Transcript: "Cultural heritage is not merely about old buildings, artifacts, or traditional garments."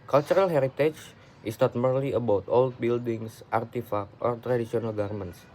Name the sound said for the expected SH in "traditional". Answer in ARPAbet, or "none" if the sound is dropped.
S